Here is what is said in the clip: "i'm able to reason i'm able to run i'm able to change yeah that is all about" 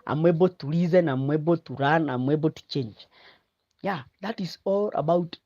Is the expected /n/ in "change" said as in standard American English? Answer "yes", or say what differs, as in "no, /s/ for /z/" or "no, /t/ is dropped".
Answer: yes